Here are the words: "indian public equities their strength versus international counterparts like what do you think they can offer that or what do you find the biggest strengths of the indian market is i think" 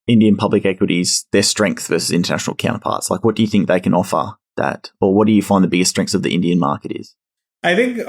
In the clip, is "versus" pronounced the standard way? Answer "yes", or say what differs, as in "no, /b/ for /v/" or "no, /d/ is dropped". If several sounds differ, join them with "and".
yes